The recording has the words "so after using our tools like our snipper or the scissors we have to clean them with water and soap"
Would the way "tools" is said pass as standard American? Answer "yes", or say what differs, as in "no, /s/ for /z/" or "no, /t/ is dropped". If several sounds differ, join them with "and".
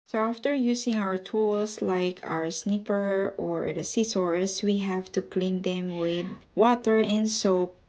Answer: no, /s/ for /z/